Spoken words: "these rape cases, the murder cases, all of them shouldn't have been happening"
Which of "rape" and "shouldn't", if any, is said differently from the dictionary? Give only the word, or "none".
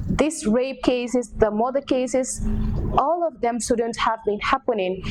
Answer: rape